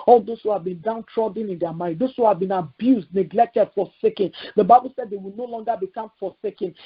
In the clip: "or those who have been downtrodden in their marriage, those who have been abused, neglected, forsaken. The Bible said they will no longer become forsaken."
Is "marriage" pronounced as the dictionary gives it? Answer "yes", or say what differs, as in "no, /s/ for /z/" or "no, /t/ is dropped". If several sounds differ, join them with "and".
no, /ɹ/ is dropped